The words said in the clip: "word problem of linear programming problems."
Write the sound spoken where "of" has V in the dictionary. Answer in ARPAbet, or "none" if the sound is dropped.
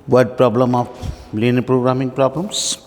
P